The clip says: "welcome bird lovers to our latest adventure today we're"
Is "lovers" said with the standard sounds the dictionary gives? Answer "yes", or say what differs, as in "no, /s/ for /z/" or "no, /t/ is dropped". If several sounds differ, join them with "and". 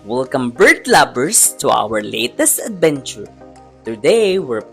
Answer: no, /b/ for /v/ and /s/ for /z/